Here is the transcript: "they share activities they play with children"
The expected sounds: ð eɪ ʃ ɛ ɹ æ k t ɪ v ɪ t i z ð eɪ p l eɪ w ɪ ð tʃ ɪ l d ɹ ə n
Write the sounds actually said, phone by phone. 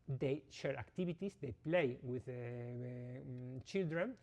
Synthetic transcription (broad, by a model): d eɪ ʃ ɛ ɹ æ k t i b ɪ t i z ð eɪ p l eɪ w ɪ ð tʃ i l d ɹ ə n